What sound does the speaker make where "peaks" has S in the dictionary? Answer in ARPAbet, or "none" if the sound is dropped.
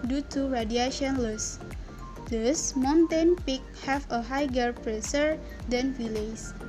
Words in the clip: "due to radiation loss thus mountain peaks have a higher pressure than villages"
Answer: none